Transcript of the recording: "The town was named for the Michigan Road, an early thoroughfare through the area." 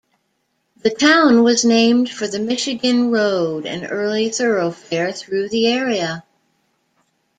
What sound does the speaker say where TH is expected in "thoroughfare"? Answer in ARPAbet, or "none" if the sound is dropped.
TH